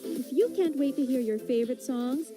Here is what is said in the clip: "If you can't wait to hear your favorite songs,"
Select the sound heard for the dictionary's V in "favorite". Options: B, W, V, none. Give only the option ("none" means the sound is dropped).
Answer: V